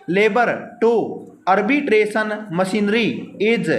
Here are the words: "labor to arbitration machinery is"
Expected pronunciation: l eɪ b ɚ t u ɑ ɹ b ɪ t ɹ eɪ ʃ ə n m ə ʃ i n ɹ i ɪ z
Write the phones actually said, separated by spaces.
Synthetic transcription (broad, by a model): l eɪ b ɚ t u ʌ ɹ b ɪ t ɹ eɪ s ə n m ə s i n ɹ i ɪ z